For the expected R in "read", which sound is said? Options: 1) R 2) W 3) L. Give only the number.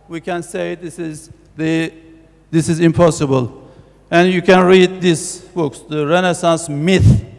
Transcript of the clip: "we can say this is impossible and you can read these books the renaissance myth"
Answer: 1